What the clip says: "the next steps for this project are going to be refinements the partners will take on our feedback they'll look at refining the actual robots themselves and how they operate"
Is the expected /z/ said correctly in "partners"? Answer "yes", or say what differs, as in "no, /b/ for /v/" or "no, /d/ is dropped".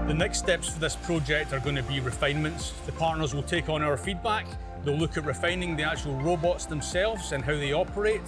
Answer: yes